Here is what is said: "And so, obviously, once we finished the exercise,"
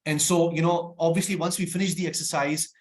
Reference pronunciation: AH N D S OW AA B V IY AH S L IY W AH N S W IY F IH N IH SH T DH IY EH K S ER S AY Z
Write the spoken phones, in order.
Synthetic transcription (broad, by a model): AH N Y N OW AA B V IY AH S L IY W AH N S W IY F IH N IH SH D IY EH K S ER S AY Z